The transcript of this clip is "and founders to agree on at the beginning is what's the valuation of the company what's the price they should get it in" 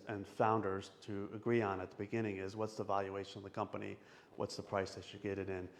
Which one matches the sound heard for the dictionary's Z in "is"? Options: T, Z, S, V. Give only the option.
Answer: Z